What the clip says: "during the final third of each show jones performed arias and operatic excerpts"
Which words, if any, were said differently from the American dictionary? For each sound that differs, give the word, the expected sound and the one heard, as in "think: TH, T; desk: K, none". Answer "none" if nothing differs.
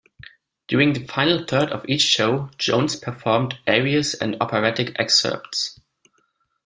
none